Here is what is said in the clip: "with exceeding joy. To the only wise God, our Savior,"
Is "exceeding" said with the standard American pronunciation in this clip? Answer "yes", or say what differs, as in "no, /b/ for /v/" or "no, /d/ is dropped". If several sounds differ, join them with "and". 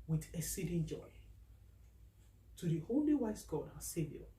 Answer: no, /k/ is dropped